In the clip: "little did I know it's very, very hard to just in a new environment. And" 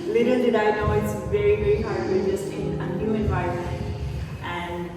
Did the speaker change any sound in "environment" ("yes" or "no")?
yes